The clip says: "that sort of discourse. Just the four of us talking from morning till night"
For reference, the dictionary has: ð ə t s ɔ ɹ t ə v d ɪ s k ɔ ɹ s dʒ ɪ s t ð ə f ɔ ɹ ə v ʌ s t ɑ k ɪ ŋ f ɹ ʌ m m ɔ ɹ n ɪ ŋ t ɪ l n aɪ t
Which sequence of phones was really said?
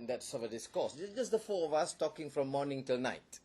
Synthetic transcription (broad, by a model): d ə t s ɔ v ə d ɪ s k ɔ s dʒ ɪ s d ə f ɔ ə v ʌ s t ɑ k ɪ ŋ f ɹ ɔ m m ɔ n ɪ ŋ t ɪ l n aɪ t